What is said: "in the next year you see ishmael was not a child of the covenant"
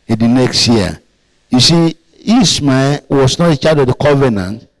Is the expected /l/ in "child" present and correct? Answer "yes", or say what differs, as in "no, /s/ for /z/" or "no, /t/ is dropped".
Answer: no, /l/ is dropped